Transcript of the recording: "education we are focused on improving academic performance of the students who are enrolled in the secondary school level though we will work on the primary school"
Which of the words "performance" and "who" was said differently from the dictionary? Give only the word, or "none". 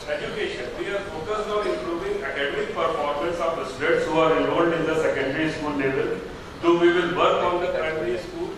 performance